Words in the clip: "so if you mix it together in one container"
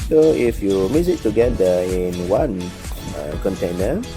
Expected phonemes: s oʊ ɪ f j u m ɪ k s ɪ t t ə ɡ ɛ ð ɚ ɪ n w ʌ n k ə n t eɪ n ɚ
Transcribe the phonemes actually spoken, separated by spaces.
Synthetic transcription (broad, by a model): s oʊ ɪ f j u m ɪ s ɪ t t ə ɡ ɛ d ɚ ɪ n w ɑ n k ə n t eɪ n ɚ